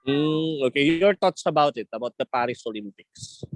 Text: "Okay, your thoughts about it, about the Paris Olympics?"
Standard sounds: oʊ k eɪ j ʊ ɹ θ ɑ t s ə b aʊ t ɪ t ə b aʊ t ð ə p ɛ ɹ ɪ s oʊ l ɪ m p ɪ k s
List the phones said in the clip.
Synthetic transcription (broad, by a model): oʊ k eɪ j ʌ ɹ t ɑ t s ə b aʊ t ɪ t ə b aʊ t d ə p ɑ ɹ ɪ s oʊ l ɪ m p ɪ k s